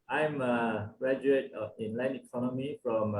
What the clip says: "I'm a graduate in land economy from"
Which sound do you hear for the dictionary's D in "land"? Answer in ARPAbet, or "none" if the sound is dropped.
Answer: none